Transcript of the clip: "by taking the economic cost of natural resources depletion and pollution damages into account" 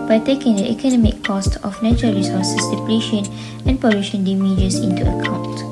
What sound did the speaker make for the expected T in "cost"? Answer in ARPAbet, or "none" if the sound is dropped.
T